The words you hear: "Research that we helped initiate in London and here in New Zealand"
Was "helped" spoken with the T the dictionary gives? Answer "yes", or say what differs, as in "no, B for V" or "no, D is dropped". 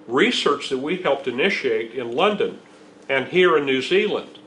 yes